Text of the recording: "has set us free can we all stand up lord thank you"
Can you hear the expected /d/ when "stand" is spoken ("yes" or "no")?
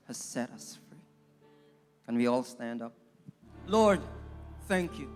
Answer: yes